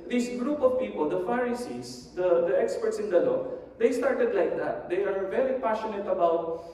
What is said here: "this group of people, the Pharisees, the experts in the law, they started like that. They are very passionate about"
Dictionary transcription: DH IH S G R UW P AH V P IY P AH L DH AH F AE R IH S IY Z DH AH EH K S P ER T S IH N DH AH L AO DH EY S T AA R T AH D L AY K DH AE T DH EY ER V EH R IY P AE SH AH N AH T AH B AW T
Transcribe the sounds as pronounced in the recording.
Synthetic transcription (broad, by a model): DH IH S G R UW P AH V P IY P AH L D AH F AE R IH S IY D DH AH EH K S P ER T S IH N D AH L AO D EY S T AA R T AH D L AY K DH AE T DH EY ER V EH R IY P AE SH AH N AH T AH B AW T